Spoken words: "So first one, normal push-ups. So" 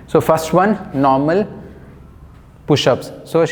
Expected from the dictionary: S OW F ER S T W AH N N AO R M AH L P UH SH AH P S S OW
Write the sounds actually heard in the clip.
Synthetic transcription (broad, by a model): S OW F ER S T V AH N N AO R M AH L P UH SH AH P S S OW